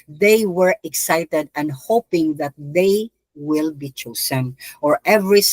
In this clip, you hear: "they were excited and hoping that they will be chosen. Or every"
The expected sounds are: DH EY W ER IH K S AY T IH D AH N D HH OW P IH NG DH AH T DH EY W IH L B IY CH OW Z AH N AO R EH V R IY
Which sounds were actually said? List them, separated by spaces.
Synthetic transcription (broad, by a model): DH EY W ER IH K S AY T IH D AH N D HH OW P IH NG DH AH T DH EY W IH L B IY CH OW S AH N AO R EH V R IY